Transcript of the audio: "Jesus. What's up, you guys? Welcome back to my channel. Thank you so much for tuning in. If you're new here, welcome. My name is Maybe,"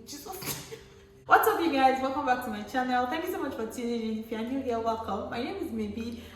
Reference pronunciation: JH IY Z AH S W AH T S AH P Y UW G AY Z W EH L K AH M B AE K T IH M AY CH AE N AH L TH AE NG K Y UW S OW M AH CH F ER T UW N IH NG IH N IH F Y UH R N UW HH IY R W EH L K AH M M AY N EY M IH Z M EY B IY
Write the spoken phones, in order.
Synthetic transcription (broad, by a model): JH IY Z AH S W AH T S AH F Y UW G AY Z W EH L K AH M B AE K T IH M AY CH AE N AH L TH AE NG K Y UW S OW M AH CH F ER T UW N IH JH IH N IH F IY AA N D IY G W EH L K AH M M AY N EY M IH Z M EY B IY